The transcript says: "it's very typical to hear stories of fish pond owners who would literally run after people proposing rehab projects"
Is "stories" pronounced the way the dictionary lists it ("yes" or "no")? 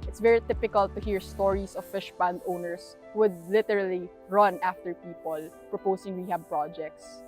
no